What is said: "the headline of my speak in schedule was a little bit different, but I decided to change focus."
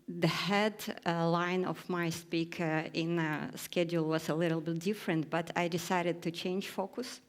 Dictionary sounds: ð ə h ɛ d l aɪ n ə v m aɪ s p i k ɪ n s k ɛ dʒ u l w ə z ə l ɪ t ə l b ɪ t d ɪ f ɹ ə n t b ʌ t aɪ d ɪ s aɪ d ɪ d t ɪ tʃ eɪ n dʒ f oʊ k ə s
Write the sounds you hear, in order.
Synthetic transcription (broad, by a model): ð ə h ɛ d l aɪ n ə v m aɪ s p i k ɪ n s k ɛ dʒ u l w ə z ə l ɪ t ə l b ɪ t d ɪ f ɹ ə n t b ʌ t aɪ d ɪ s aɪ d ɪ d t ɪ tʃ eɪ n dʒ f oʊ k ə s